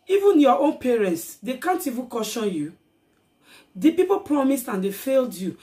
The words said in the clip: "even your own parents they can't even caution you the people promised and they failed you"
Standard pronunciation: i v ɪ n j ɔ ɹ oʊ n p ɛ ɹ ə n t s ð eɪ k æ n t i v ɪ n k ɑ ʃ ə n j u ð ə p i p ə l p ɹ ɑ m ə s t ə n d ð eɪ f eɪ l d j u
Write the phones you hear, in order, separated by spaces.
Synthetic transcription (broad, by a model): i v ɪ n j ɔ oʊ n p ɛ ɹ ə n t s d eɪ k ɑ n t i v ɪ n k ɑ ʃ ə n j u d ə p i p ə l p ɹ ɑ m ə s t ə n d eɪ f eɪ l d j u